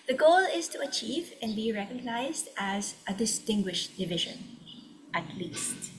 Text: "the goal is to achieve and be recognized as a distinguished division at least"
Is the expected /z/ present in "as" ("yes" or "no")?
yes